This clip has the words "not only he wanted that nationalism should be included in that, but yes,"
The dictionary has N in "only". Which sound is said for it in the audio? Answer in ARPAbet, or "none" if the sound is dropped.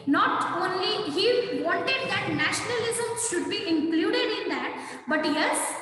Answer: N